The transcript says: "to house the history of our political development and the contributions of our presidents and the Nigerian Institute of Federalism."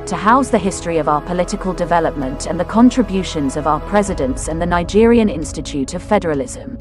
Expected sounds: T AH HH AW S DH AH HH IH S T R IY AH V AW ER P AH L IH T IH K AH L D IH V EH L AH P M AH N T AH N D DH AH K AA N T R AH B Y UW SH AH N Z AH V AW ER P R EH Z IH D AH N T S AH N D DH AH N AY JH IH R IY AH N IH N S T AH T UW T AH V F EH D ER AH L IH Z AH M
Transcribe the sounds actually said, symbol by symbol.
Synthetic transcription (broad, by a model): T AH HH AW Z DH AH HH IH S T R IY AH V AW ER P AH L IH T IH K AH L D IH V EH L AH P M AH N T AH N DH AH K AA N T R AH B Y UW SH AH N Z AH V AW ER P R EH Z IH D AH N T S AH N DH AH N AY JH IH R IY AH N IH N S T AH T UW T AH V F EH D ER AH L IH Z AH M